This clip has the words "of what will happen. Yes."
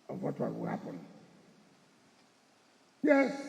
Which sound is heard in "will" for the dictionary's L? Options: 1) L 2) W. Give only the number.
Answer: 2